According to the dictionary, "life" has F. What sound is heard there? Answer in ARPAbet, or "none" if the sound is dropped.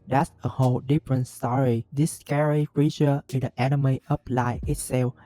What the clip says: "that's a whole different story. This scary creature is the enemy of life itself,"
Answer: none